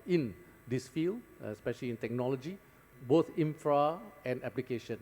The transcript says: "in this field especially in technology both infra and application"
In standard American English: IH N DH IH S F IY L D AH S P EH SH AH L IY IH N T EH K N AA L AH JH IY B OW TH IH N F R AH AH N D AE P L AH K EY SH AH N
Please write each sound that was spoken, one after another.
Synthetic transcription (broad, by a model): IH N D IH S F IY L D AH S P EH SH AH L IY IH N T EH K N AA L AH JH IY B OW T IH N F R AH AH N D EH P L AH K EY SH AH N